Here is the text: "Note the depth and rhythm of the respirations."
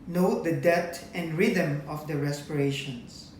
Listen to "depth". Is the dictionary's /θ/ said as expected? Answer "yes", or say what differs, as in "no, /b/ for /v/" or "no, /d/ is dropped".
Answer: no, /t/ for /θ/